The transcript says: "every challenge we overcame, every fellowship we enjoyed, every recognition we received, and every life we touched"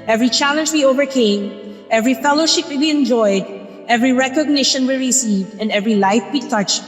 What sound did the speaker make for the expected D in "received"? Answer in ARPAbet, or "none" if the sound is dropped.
D